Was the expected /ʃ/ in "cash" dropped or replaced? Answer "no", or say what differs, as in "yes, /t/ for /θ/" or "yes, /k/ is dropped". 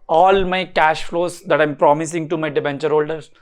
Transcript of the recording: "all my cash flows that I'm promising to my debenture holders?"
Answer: no